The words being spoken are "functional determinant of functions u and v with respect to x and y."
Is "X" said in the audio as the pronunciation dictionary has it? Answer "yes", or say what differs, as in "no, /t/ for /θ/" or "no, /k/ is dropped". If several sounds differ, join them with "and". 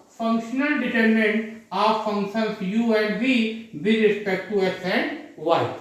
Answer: no, /k/ is dropped